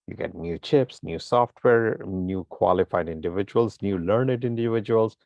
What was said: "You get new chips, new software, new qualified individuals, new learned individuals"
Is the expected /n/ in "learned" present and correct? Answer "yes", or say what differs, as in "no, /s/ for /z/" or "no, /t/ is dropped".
yes